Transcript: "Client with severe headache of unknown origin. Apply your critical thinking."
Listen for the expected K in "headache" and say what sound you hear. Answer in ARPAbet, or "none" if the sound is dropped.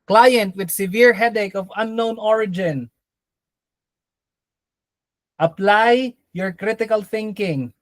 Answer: K